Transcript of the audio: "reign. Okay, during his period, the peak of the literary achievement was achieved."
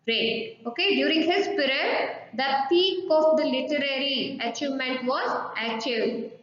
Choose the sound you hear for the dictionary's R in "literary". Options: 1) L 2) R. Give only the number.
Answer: 2